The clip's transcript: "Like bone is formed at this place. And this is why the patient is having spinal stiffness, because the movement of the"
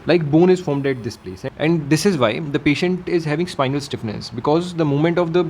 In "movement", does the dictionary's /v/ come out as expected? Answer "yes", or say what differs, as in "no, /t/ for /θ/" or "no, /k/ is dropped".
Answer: no, /v/ is dropped